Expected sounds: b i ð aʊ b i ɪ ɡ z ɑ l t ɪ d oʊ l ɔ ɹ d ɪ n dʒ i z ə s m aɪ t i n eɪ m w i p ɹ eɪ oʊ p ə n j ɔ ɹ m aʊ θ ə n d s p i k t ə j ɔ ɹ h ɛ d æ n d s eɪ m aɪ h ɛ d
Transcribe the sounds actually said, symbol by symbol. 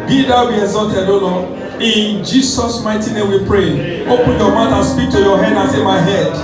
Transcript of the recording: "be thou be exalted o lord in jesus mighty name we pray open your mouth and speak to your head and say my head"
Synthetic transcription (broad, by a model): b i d aʊ b i ɪ ɡ z ɑ l t ɪ d oʊ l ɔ ɪ n dʒ i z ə s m aɪ t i n eɪ m w i p ɹ eɪ oʊ p ə n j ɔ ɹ m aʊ t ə s p i k t ə j ɔ h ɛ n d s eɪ m aɪ h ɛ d